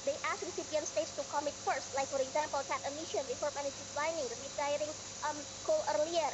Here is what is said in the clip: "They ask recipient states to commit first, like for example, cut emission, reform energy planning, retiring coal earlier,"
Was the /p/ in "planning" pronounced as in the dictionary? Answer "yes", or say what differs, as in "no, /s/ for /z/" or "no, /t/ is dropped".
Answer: no, /b/ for /p/